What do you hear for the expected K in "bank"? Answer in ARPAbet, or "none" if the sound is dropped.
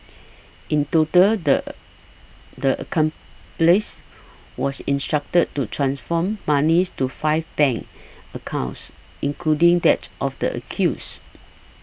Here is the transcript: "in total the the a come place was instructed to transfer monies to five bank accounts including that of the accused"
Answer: none